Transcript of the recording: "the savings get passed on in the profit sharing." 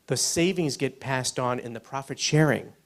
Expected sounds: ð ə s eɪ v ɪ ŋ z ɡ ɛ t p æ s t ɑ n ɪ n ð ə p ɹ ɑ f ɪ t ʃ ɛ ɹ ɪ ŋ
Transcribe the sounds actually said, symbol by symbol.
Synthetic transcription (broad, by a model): ð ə s eɪ v ɪ ŋ z ɡ ɛ t p æ s t n ɪ n ð ə p ɹ ɑ f ɪ t ʃ ɛ ɹ ɪ ŋ